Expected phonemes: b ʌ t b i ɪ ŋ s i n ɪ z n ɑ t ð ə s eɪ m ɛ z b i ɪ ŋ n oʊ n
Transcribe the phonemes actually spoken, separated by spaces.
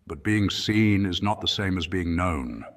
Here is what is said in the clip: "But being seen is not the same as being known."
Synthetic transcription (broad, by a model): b ʌ t b i ɪ ŋ s i n ɪ z n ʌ t ð ə s eɪ m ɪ z b i ɪ ŋ n oʊ n